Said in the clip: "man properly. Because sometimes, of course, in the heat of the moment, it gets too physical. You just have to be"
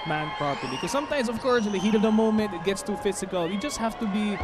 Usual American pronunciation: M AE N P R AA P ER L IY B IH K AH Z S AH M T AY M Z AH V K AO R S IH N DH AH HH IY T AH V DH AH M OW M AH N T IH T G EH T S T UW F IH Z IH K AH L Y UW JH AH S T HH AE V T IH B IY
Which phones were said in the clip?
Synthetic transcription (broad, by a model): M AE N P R AA P ER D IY K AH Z S AH M T AY M Z AH V K AO R S IH N DH AH HH IY T AH V DH AH M OW M AH N T IH T G EH T S T UW F IH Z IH K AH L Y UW JH AH S T HH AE F T IH B IY